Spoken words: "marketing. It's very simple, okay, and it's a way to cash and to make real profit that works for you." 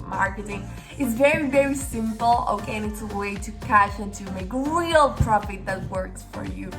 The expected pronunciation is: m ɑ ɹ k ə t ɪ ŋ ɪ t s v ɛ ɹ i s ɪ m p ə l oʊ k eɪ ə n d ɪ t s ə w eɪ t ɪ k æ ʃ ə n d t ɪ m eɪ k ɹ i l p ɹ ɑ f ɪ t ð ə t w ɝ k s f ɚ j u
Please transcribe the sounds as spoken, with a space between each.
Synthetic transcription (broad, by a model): m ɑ ɹ k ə t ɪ ŋ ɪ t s v ɛ ɹ i s ɪ m p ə l oʊ k eɪ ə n ɪ t s ə w eɪ t ɪ k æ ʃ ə n t ɪ m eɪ k ɹ i l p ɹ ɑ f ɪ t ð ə t w ɝ k s f ɚ j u